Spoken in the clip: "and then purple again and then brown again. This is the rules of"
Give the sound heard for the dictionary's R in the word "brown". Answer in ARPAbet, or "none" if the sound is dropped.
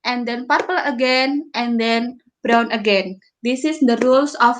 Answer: R